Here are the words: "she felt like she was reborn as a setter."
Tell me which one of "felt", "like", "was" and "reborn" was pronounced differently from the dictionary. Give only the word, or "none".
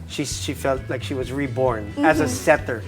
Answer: none